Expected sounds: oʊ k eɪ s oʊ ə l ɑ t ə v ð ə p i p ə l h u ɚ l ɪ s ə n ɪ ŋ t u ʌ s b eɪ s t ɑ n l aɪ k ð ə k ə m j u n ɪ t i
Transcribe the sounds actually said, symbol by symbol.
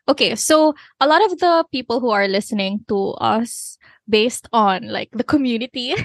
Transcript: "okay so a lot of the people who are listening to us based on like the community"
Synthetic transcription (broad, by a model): oʊ k eɪ s oʊ ə l ɑ t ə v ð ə p i p ə l h u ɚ l ɪ s ə n ɪ ŋ t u ʌ s b eɪ s t ɑ n l aɪ k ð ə k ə m j u n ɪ t i